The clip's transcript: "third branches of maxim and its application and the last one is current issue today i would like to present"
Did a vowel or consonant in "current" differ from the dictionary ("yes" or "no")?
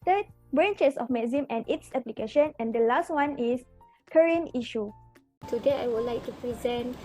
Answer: yes